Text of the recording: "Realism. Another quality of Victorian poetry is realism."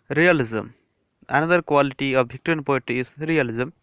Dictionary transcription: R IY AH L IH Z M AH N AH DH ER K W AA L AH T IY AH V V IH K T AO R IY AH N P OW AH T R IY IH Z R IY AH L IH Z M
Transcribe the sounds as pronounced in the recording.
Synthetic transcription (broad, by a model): R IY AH L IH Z M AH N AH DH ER K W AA L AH T IY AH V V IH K T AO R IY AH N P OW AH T IY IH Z R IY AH L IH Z M